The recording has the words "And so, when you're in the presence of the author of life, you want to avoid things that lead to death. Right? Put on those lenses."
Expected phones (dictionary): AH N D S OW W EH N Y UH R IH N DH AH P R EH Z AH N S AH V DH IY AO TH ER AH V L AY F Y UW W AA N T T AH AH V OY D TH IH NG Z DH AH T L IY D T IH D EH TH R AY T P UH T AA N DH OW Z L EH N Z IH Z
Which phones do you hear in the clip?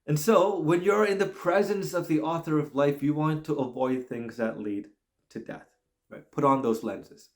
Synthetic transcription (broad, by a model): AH N S OW W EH N Y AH R IH N DH AH P R EH Z AH N S AH V DH IY AO TH ER AH V L AY F Y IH W AA N T T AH AH V OY D TH IH NG Z DH AH T L IY D T IH D EH TH R AY T P UH T N DH OW Z L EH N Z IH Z